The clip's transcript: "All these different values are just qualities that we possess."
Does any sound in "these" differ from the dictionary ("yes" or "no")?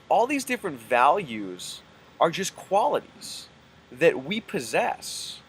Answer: no